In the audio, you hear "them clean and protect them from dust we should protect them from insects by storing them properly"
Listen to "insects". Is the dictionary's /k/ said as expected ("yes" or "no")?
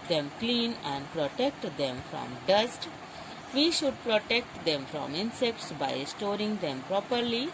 yes